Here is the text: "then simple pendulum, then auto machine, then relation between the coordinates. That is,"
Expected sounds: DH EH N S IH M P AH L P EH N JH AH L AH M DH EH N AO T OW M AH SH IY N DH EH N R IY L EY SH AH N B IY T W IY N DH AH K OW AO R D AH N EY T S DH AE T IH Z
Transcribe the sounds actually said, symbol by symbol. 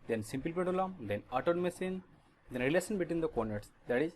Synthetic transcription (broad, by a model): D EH N S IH M P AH L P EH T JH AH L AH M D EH N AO T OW M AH S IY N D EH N R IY L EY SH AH N B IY T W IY N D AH K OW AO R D N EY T S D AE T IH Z